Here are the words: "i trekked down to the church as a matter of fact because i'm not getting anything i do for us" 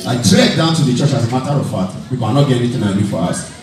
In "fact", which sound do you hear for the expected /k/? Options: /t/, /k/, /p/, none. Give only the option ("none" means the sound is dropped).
none